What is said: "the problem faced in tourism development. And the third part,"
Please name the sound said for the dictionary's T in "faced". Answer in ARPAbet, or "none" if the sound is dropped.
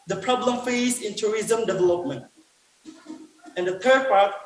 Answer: none